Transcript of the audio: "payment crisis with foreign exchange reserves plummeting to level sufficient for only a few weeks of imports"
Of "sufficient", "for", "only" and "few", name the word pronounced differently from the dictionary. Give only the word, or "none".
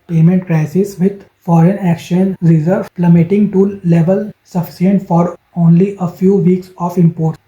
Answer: sufficient